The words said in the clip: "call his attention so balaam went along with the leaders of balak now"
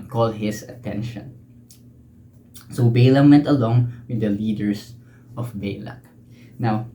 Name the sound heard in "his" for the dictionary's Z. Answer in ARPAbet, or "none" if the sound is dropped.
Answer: S